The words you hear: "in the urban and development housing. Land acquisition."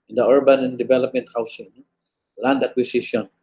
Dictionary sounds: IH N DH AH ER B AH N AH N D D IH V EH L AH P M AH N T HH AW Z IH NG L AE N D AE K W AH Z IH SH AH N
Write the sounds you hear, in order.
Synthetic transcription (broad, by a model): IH N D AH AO B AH N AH N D D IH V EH L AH P M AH N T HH AW S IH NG L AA N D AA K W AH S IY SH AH N